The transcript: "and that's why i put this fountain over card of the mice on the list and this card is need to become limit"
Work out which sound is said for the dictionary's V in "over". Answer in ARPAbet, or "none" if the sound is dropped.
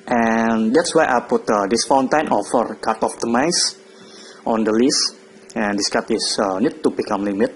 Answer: F